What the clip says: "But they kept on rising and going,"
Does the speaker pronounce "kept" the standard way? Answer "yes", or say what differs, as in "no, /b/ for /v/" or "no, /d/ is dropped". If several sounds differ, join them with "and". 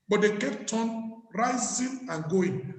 yes